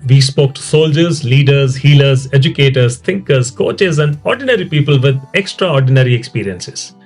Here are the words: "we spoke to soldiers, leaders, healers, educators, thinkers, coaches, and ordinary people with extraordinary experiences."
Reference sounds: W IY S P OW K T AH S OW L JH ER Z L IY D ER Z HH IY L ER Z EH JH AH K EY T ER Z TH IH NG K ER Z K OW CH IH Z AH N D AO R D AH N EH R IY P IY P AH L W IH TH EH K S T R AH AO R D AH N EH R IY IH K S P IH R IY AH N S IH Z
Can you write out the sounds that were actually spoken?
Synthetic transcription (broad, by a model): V IY S P OW K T S OW L JH ER Z L IY D ER Z HH IY L ER Z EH JH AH K EY T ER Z T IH NG K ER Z K OW CH IH Z AH N D AO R D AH N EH R IY P IY P AH L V IH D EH K S T R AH AO R D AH N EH R IY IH K S P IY R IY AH N S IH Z